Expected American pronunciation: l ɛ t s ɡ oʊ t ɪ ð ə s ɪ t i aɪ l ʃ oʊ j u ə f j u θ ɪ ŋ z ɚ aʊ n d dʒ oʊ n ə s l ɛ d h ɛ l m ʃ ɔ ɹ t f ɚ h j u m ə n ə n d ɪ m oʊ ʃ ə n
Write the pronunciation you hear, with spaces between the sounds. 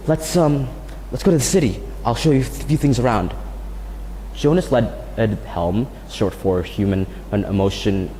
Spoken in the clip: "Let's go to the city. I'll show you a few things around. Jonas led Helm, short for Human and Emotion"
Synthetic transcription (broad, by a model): l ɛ t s ɡ oʊ t ɪ ð ə s ɪ t i aɪ l ʃ oʊ j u ə f j u θ ɪ ŋ z ɚ aʊ n d dʒ oʊ n ə s l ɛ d h ɛ l m s ɔ ɹ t f ɚ h j u m ə n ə n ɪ m oʊ ʃ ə n